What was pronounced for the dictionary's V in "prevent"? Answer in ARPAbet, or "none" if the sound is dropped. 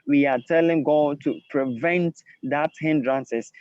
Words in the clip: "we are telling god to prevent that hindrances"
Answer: V